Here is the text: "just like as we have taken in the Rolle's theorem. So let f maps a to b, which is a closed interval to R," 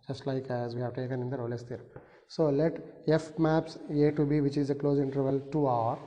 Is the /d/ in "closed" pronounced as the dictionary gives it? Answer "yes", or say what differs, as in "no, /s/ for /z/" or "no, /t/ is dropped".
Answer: no, /d/ is dropped